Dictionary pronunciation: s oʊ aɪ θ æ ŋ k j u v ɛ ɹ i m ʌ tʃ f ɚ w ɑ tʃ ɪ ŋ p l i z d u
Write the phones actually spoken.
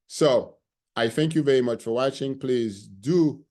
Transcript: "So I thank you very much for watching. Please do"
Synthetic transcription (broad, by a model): s oʊ aɪ θ æ ŋ k j u v ɛ ɹ i m ʌ tʃ f ɚ w ɑ tʃ ɪ ŋ p l i z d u